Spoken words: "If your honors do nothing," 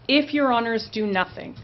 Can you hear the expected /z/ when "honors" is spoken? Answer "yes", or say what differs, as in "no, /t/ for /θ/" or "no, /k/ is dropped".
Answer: yes